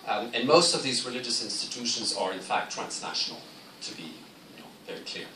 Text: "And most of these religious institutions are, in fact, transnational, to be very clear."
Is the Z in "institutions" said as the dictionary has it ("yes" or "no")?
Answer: yes